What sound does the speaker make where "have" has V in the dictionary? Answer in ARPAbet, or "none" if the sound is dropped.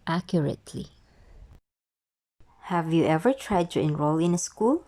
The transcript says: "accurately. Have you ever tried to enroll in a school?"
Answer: V